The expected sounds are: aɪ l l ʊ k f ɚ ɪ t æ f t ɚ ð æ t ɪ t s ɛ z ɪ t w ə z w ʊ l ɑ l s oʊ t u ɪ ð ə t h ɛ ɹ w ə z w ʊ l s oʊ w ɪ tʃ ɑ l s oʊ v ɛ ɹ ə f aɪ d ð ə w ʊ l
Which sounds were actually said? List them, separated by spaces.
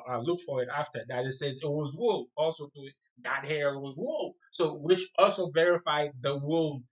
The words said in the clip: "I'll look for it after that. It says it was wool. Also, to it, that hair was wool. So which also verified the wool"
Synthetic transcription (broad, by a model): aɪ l l ʊ k f ɚ ɪ t æ f t ɚ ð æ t ɪ t s ɛ z ɪ t w ə z w ʊ l ɑ l s oʊ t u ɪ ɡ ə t h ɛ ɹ w ə z w ʊ l s oʊ w ɪ tʃ ɑ l s oʊ v ɛ ɹ ə f aɪ d ð ə w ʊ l